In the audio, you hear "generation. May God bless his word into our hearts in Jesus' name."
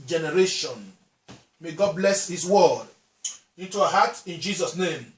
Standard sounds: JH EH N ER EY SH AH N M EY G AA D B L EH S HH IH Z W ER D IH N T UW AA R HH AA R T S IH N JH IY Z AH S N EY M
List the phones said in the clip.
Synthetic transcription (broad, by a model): JH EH N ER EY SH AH N M EY G AA D B L EH S HH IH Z W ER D IH N T UW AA HH AA T IH N JH IY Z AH S N EY M